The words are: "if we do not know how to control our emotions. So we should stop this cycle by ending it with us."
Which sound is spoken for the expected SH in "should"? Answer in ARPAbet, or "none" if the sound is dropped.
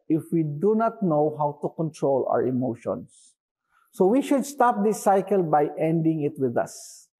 SH